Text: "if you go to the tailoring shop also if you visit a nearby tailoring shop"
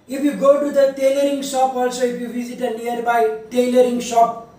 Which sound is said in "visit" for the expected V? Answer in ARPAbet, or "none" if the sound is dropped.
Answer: B